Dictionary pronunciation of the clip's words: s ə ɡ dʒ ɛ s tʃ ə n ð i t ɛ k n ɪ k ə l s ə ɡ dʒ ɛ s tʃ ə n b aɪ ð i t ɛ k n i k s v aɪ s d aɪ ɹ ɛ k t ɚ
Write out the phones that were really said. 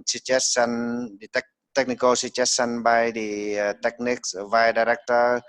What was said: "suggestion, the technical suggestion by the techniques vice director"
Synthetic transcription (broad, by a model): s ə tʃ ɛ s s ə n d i t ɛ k n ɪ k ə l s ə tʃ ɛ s s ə n b aɪ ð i t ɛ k n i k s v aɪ d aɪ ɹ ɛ k t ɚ